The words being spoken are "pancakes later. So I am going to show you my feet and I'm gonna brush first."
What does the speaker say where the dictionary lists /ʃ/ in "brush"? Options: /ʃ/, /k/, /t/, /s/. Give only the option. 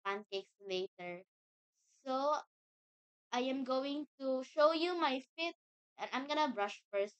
/ʃ/